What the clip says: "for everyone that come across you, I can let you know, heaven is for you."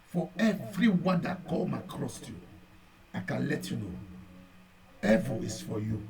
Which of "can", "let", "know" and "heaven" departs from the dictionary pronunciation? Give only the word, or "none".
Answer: heaven